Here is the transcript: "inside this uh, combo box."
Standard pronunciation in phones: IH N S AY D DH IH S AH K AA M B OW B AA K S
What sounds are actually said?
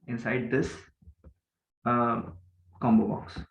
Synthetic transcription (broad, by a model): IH N S AY D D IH S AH K AA M B OW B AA K S